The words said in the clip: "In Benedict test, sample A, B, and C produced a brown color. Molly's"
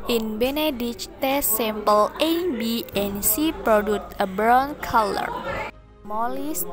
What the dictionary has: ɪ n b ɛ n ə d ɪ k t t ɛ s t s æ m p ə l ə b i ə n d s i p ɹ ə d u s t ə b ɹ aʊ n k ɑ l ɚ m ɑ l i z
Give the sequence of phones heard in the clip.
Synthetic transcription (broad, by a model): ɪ n b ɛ n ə d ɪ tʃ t t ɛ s s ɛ m p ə l ə b i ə n s i p ɹ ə d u t ə b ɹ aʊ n k ɑ l ɚ m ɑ l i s